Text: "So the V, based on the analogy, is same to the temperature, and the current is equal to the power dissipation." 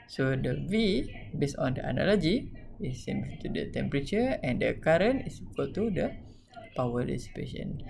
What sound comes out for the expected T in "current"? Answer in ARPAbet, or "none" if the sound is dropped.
none